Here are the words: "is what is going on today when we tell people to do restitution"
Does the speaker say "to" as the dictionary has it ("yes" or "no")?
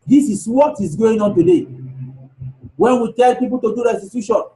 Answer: yes